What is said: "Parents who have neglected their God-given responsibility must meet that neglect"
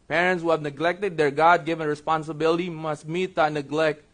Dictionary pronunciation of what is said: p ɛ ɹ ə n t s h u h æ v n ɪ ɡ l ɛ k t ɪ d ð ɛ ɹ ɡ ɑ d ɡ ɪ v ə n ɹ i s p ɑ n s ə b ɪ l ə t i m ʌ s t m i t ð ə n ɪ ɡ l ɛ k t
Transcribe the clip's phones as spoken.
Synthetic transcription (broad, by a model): p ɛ ɹ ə n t s h u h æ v n ɪ ɡ l ɛ k t ɪ d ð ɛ ɹ ɡ ɑ d ɡ ɪ v ə n ɹ i s p ɑ n s ə b ɪ l ə t i m ʌ s t m i t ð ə n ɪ ɡ l ɛ k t